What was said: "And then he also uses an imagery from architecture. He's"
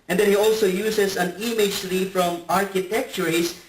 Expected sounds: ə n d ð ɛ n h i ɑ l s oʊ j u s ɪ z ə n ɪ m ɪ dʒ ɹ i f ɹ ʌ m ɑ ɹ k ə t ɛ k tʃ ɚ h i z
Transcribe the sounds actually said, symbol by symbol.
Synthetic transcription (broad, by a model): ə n d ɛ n h i ɑ l s oʊ j u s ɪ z ə n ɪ m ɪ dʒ l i f ɹ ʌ m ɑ ɹ k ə t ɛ k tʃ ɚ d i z